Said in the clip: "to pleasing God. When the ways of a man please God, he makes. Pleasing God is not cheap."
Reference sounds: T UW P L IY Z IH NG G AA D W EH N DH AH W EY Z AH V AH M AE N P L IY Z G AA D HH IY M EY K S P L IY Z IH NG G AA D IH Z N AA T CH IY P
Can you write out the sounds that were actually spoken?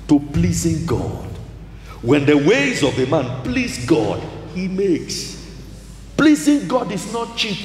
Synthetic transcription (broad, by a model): T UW P L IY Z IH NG G AA D W EH N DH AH W EY Z AH V AH M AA N P L IY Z G AA D HH IY M EY K S P L IY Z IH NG G AA D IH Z N AA T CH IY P